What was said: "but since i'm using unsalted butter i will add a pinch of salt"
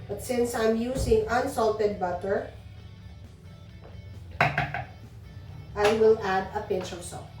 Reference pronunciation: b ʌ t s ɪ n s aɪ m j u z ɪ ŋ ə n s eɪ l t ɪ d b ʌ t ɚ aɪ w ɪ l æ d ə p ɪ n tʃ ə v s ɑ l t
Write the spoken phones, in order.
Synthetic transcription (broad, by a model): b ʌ t s ɪ n s aɪ m j u s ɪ ŋ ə n s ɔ l t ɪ d b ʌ t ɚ aɪ w ɪ l æ d ə p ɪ n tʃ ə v s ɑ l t